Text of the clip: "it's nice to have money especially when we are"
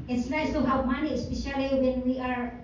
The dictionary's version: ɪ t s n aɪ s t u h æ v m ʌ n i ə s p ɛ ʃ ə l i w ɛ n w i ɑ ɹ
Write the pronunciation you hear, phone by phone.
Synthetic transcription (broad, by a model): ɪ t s l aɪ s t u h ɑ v m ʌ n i ə s p ɛ ʃ ə l i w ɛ n w i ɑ ɹ